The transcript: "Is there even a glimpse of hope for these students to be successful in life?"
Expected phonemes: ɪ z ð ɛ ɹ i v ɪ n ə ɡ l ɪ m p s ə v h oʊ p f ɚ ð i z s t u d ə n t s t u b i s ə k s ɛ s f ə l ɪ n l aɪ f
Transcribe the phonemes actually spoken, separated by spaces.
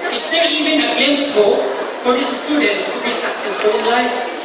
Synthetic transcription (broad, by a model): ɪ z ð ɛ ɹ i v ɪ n ə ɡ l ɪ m s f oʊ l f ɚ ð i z s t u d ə n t s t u b i s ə k s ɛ s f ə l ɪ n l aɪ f